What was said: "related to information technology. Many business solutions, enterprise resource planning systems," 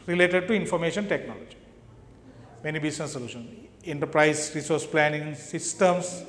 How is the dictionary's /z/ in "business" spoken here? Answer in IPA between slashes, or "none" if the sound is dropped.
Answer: /s/